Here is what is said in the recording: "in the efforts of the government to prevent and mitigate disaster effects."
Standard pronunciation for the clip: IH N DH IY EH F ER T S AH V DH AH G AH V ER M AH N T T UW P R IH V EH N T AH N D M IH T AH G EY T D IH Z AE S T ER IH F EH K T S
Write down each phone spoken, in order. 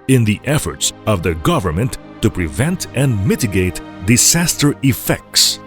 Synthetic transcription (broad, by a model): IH N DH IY EH F ER T S AH V DH AH G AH V ER M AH N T T UW P R IH V EH N T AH N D M IH T AH G EY T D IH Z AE S T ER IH F EH K T S